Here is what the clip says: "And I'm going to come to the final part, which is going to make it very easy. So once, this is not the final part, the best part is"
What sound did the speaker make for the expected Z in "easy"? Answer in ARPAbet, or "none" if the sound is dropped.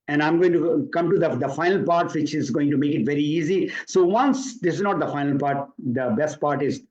Z